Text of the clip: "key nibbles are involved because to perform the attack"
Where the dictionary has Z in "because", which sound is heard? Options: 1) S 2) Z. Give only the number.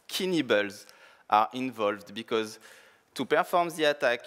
2